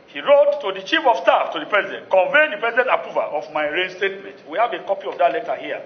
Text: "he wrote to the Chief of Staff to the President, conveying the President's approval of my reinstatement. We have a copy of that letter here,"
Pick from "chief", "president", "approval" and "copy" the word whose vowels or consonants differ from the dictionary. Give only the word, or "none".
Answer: approval